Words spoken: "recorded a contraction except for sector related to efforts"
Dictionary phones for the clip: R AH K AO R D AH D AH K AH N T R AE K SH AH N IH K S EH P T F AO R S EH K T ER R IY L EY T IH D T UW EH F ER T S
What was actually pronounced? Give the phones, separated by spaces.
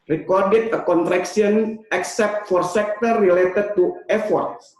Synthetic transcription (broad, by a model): R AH K AO R D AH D AH K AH N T R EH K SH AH N IH K S EH P T F AO R S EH K T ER R IY L EY T IH D T UW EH F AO T S